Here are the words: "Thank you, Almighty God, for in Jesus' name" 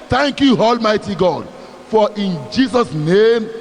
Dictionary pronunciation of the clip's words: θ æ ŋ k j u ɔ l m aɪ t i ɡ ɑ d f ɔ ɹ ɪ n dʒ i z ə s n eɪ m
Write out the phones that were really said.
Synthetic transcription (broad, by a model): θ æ ŋ k j u ɔ l m aɪ t i ɡ ɑ d f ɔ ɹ ɪ n dʒ i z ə s n eɪ m